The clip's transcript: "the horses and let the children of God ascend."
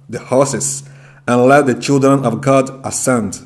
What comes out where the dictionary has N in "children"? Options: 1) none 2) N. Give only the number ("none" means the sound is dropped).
2